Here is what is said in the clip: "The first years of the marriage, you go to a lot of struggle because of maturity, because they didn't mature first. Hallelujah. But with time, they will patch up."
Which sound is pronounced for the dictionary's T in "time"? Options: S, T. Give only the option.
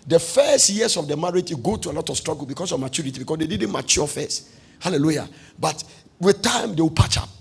T